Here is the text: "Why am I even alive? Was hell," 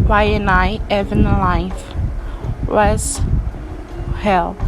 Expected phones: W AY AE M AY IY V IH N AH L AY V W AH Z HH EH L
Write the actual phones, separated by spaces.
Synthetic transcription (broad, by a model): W AY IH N AY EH V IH N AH L AY F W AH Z HH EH L